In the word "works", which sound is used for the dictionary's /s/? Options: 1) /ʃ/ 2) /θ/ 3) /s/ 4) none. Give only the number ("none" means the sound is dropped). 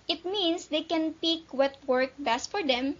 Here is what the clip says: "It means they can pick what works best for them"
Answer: 4